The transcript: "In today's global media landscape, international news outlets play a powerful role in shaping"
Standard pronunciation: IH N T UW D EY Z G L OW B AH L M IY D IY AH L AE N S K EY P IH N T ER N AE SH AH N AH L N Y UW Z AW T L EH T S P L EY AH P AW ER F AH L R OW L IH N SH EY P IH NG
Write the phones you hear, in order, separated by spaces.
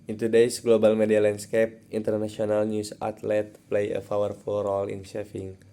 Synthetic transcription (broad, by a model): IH N T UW D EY S G L OW B AH L M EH D IY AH L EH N S K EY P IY N T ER N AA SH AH N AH L N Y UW S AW T L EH T P L EY AH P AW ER F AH L R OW L IH N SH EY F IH NG